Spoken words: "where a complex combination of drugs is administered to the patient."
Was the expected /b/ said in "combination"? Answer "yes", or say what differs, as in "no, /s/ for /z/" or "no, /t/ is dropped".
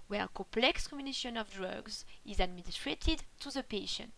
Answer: no, /b/ is dropped